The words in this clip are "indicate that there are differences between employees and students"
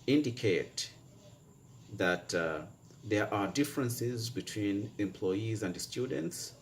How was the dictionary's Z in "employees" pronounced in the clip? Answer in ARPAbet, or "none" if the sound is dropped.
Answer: Z